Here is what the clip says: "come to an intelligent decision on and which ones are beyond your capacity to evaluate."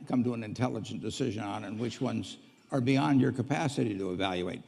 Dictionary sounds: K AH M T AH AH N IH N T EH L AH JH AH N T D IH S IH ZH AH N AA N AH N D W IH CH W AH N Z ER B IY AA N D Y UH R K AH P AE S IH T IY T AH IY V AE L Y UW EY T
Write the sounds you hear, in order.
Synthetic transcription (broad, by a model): K AH M T AH AH N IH N T EH L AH JH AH N D IH S IH ZH AH N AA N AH N W IH CH W AH N Z ER B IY AA N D Y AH R K AH P AE S IH T IY T AH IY V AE L Y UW EY T